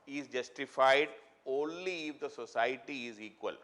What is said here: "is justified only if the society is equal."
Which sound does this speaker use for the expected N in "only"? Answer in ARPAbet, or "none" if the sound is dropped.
N